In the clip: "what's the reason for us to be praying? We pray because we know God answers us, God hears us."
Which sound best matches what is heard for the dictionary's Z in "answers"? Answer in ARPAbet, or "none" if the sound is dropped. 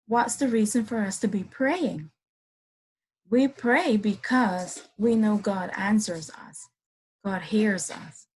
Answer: Z